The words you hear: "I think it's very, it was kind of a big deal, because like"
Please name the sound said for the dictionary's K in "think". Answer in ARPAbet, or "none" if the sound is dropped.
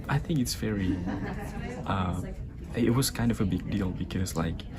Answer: K